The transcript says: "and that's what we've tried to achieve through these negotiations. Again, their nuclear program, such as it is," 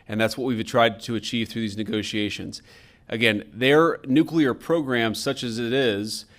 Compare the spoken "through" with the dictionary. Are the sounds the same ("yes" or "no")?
yes